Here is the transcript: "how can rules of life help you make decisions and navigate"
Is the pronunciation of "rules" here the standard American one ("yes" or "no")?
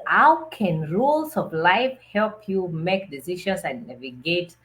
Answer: no